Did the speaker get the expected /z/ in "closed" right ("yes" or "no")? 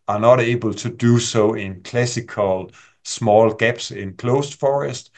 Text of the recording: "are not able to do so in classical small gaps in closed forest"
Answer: no